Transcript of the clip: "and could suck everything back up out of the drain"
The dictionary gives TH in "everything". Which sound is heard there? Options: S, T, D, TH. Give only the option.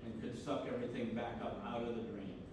TH